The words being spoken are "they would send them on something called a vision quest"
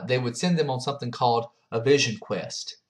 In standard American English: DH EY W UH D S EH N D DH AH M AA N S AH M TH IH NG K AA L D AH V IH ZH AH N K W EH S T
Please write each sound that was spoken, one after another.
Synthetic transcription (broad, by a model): DH EY W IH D S EH N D DH AH M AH N S AH M TH IH NG K AA L D AH V IH ZH AH N K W EH S T